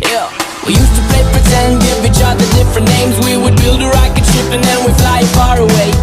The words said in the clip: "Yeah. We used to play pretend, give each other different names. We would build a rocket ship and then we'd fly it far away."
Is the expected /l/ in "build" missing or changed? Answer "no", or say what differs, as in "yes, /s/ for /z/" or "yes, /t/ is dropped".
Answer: no